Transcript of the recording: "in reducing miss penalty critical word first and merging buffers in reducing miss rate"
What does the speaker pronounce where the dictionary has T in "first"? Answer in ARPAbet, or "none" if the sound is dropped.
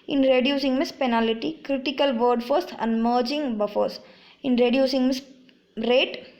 none